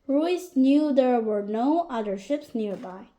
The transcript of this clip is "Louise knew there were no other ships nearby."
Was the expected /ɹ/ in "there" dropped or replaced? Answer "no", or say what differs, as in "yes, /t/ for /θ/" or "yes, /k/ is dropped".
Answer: no